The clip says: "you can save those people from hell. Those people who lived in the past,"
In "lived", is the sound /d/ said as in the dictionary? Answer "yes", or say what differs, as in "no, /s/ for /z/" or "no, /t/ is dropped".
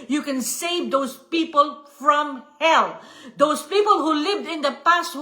yes